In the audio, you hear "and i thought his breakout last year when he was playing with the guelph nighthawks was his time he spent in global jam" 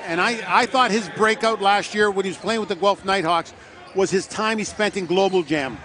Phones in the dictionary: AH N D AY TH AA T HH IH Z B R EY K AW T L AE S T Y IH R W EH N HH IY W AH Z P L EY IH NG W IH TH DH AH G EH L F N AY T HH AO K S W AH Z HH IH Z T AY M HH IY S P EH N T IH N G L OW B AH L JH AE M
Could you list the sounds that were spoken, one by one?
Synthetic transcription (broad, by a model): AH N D AY TH AA T HH IH Z B R EY K AW T L AE S T Y IH R W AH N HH IY W AH Z P L EY IH NG W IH DH AH G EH L F N AY T HH AO K S W AH Z IH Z T AY M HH IY S P EH N T IH N G L OW B L JH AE M